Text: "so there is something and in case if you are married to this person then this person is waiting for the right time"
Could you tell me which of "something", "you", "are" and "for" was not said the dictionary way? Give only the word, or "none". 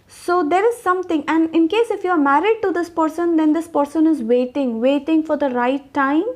something